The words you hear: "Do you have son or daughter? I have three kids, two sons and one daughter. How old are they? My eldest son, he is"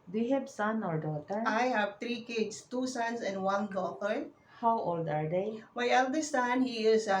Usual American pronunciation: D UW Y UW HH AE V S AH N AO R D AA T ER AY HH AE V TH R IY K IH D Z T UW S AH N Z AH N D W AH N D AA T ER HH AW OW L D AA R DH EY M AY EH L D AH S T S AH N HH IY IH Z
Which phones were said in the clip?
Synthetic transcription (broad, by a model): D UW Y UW HH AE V S AH N AO R D AA T ER AY HH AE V T R IY K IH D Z T UW S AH N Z AH N D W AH N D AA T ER HH AW OW L D AA R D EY M AY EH L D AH S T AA N HH IY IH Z